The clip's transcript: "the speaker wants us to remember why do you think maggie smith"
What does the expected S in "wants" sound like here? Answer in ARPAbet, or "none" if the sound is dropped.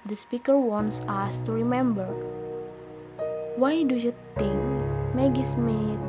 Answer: S